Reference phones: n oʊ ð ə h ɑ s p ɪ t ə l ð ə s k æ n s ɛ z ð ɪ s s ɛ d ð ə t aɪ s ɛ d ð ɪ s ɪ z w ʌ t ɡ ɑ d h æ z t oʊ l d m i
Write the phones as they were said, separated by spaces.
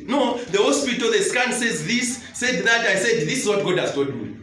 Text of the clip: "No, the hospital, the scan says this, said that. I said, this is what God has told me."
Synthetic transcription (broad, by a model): n oʊ ð ə h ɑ s p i t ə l ð ə s k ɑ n s ɛ z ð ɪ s s ɛ d ð ə t aɪ s ɛ d ð ɪ s ɪ z w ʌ t ɡ ɑ d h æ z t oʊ d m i